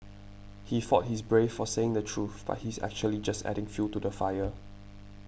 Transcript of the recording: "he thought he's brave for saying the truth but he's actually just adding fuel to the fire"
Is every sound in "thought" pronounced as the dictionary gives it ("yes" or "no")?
no